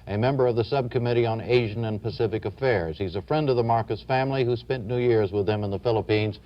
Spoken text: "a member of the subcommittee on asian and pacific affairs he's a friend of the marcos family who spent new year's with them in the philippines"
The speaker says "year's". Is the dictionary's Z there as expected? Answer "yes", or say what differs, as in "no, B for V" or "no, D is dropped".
yes